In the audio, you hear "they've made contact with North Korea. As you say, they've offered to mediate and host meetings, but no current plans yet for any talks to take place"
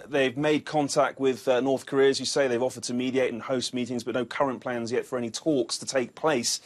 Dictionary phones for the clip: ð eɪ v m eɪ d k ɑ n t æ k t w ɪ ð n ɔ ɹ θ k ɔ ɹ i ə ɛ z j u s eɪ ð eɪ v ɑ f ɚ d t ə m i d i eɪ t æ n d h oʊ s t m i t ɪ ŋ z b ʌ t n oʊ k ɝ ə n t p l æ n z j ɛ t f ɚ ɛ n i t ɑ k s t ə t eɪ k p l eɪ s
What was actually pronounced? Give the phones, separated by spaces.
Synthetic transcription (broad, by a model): ð eɪ v m eɪ d k ɑ n t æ k t w ɪ ð n ɔ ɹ θ k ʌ ɹ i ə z j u s eɪ ð eɪ v ɑ f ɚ d t ə m i d i eɪ t n h oʊ s t m i t ɪ ŋ z b ʌ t n oʊ k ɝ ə n p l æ n z j ɛ t f ɚ ɛ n i t ɑ k s t ə t eɪ k p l eɪ s